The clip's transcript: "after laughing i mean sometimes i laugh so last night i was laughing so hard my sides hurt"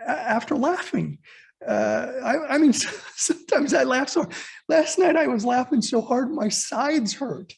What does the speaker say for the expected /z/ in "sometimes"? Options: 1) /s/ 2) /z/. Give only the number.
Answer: 2